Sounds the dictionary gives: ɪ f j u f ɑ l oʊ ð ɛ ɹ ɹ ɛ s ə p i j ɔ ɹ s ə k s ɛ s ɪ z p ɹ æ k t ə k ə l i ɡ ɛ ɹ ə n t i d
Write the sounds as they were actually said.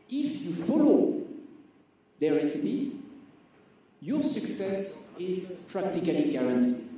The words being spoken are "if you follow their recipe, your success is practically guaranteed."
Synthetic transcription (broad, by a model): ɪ f j u f ɑ l oʊ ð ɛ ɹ ɹ ɛ s ə p i j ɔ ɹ s ə k s ɛ s ɪ z p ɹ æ k t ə k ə l i ɡ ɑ ɹ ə n t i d